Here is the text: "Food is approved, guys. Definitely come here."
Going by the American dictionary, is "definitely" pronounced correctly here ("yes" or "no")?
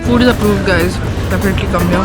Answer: no